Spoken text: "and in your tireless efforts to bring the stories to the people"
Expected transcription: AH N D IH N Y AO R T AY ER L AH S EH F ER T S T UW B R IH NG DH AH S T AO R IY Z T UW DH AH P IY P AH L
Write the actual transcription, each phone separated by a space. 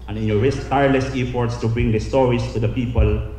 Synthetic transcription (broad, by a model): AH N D IH N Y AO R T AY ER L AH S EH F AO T S T UW B R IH NG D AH S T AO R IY S T UW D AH P IY P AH L